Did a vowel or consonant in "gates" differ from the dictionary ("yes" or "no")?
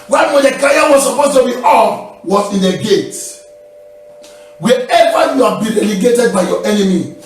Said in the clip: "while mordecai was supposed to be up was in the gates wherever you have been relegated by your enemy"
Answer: yes